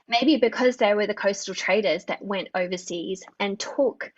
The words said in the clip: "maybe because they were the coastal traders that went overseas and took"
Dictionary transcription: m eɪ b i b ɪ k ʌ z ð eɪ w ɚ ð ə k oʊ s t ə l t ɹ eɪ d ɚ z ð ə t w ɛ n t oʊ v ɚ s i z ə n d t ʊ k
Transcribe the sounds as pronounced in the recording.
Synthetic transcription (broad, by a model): m eɪ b i b ɪ k ʌ z ð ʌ w ɚ ð ə k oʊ s t l t ɹ eɪ d ɚ z ð ə t w ɛ n t oʊ v ɚ s i z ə n t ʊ k